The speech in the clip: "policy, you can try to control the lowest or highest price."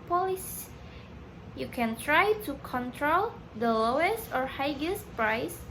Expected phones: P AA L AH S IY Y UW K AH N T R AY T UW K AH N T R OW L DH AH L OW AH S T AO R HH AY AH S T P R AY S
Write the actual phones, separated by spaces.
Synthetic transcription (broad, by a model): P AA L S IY Y UW K AH N T R AY T UW K AH N T R OW L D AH L OW AH S T AO R HH AY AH S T P R AY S